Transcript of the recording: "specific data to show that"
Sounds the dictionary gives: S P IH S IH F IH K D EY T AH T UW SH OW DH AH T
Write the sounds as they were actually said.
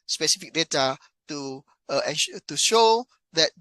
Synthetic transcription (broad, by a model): S P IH S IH F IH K D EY T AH T UW SH OW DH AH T